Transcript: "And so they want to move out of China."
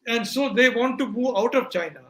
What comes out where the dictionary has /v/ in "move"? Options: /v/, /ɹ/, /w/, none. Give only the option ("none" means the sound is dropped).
none